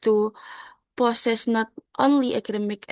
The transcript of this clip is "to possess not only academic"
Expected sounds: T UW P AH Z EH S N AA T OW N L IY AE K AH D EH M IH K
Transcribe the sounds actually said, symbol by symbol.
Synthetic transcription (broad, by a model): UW P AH S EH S N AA T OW N L IY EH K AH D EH M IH K